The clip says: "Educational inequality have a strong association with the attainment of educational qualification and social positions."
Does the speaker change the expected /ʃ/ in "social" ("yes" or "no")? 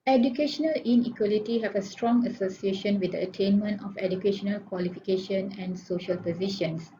no